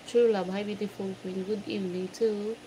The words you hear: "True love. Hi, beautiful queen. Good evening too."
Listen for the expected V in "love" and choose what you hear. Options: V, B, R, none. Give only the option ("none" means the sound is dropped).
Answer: B